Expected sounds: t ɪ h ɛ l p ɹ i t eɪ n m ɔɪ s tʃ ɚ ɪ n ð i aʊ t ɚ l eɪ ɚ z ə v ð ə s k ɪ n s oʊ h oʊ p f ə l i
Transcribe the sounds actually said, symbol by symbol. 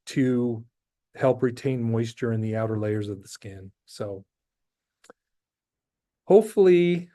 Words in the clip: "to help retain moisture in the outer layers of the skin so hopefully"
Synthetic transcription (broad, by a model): t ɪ h ɛ l p ɹ i t eɪ n m ɔɪ s tʃ ɚ ɪ n ð i aʊ t ɚ l eɪ ɚ z ə v ð ə s k ɪ n s oʊ h oʊ p f l i